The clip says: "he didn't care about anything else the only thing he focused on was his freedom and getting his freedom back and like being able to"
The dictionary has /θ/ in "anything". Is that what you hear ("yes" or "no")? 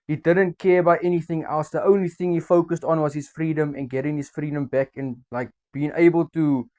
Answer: yes